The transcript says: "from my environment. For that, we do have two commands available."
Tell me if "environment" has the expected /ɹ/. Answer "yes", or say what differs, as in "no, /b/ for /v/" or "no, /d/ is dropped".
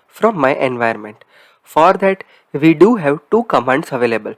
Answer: no, /ɹ/ is dropped